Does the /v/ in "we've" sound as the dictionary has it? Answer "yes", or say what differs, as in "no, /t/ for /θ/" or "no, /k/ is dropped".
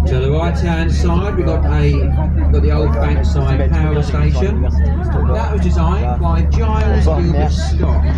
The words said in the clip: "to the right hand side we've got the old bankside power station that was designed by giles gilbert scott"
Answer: no, /w/ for /v/